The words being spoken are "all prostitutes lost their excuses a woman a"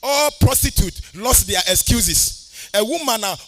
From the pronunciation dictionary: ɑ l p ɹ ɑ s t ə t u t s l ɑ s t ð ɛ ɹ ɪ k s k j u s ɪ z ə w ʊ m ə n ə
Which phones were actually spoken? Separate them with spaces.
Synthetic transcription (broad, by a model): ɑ p ɹ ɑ s t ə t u t l ɑ s t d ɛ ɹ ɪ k s k j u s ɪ s ə w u m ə n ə